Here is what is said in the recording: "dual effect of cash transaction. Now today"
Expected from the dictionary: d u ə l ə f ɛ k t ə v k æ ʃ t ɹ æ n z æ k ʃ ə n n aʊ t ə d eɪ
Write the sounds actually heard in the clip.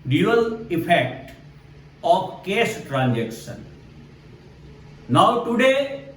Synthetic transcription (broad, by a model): d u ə l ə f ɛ k t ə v k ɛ s t ɹ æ n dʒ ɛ k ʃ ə n n aʊ t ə d eɪ